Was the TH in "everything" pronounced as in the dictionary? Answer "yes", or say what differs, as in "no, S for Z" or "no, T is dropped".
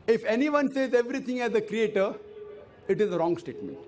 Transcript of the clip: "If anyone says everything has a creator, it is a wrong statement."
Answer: no, T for TH